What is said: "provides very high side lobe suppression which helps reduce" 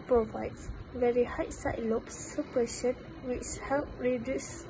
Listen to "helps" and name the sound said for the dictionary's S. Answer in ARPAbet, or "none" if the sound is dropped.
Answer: none